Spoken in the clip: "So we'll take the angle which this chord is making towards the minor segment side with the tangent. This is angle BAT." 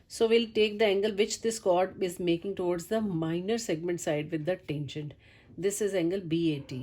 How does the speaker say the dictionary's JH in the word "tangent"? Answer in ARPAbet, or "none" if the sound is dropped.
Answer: SH